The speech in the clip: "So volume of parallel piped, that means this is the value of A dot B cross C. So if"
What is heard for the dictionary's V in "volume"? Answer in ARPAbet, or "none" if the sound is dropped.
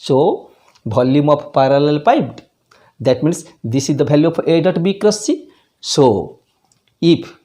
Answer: B